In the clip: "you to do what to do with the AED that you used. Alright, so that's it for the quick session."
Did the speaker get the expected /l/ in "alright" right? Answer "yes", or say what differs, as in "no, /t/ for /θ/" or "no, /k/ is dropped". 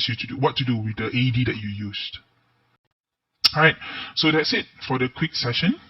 no, /l/ is dropped